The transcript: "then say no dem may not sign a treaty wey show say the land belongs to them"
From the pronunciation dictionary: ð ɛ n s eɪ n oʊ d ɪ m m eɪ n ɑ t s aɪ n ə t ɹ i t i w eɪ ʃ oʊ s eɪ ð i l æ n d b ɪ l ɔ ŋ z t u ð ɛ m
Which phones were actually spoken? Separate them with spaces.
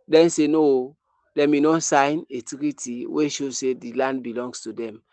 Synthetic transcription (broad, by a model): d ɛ n s eɪ n oʊ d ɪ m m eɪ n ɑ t s aɪ n ə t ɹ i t i w eɪ ʃ oʊ s eɪ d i l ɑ n d b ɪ l ɔ ŋ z t u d ɛ m